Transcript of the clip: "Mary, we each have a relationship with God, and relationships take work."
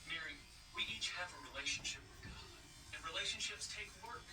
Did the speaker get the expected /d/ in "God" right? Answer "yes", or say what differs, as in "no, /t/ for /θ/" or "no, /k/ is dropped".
no, /d/ is dropped